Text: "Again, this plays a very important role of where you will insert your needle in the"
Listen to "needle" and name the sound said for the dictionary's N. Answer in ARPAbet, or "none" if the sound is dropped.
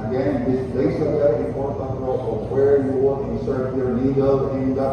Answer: L